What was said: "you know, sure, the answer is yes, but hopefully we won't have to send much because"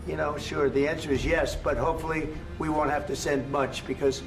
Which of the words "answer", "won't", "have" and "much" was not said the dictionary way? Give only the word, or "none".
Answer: have